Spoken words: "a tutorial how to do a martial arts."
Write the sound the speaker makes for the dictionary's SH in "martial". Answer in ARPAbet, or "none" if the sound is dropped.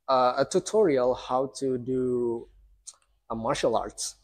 SH